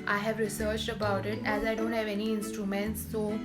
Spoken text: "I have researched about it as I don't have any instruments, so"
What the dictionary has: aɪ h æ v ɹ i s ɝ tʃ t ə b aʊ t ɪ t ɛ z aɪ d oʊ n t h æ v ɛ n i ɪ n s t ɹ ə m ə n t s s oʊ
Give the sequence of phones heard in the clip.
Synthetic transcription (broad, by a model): aɪ h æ v ɹ i s ɝ tʃ t ə b aʊ t ɪ t ɛ z aɪ d oʊ n t h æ v ɛ n i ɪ n s t ɹ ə m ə n t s s oʊ